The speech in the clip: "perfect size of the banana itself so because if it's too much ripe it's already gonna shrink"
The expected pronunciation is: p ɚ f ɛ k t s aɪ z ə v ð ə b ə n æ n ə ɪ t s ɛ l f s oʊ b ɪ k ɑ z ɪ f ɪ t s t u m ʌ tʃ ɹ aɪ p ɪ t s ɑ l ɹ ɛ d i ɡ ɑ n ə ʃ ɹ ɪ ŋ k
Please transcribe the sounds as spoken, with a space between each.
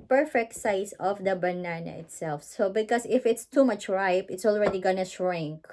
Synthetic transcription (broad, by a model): p ɚ f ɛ k t s aɪ s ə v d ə b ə n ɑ n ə ɪ t s ɛ l f s oʊ b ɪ k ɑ s ɪ f ɪ t s t u m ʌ tʃ ɹ aɪ p ɪ t s ɑ l ɹ ɛ d i ɡ ɑ n ə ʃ ɹ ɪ ŋ k